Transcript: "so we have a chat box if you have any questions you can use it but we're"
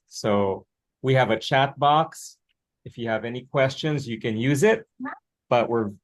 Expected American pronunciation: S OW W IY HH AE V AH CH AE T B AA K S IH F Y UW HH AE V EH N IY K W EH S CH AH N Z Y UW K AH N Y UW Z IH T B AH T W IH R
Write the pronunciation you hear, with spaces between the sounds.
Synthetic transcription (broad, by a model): S OW W IY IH V AH CH AE T B AA K S IH F Y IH V EH N IY K W EH S CH AH N Z Y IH K AH N Y UW Z IH T B AH T W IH R